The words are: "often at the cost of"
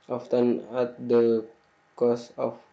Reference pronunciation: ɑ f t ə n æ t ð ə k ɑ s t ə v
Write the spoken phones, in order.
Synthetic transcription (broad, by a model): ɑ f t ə n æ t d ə k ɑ s ə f